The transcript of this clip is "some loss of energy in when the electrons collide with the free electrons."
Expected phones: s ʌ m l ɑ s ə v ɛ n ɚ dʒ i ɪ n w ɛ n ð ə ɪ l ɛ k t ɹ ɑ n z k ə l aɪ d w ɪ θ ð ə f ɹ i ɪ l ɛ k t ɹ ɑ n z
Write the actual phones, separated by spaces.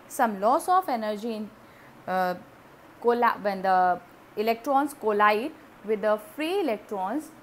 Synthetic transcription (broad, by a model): s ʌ m l ɑ s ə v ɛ n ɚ dʒ i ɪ l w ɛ n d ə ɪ l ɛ k t ɹ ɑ n s k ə l aɪ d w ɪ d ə f ɹ i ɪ l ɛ k t ɹ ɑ n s